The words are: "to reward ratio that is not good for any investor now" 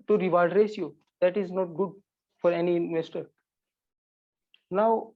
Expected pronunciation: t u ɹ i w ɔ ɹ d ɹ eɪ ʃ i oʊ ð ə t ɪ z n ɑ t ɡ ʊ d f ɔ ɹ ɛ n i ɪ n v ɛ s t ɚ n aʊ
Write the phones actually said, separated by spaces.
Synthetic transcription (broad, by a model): t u ɹ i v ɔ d ɹ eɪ s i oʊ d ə t ɪ z n ɑ t ɡ ʊ d f ɔ ɹ ɛ n i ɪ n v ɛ s t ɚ n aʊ